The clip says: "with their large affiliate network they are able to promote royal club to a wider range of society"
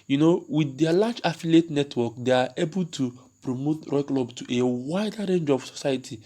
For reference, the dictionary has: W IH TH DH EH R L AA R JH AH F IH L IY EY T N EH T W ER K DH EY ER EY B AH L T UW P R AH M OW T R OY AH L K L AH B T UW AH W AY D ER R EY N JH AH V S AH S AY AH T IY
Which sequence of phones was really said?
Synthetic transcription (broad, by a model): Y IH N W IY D L AA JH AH F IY L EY T N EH T W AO K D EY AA EY B AH L T UW P R AH M OW T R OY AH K L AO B T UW AH W AY D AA R EY N JH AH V S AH S AY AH T IY